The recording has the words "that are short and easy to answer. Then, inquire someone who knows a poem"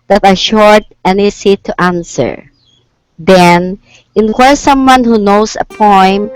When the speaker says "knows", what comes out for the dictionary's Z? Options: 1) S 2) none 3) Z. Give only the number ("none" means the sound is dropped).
1